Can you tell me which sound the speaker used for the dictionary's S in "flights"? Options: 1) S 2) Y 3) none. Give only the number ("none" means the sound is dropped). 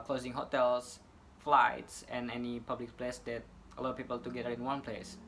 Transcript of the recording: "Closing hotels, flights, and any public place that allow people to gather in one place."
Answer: 1